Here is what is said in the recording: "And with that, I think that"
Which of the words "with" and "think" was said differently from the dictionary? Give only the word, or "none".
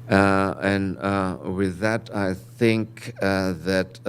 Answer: none